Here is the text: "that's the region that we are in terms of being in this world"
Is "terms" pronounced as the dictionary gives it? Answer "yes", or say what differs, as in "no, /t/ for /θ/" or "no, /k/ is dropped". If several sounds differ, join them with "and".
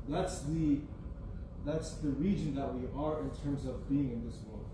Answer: yes